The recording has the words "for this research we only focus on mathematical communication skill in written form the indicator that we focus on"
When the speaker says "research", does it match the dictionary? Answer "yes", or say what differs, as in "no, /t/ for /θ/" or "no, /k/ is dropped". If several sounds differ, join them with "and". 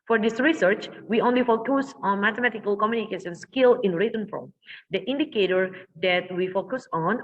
yes